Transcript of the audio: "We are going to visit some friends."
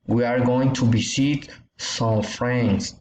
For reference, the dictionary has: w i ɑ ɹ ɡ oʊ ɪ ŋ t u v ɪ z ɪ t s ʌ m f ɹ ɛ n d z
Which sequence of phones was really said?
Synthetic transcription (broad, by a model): w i ɑ ɹ ɡ oʊ ɪ ŋ t u b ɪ s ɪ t s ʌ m f ɹ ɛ n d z